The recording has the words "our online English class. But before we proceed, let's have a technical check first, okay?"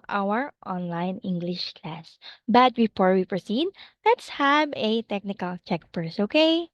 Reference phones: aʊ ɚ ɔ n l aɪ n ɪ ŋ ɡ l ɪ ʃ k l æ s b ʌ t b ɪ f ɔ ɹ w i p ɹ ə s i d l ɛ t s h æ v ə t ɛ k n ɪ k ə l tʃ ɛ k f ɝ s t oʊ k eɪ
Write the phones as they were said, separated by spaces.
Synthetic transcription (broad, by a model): aʊ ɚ ɔ n l aɪ n ɪ ŋ ɡ l ɪ ʃ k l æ s b ʌ t b ɪ f ɔ ɹ w i p ɹ ə s i d l ɛ t s h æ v ə t ɛ k n ɪ k ə l tʃ ɛ k p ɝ s oʊ k eɪ